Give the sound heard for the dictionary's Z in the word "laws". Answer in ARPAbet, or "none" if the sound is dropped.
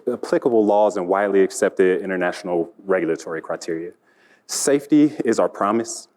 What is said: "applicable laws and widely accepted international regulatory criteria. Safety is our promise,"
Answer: Z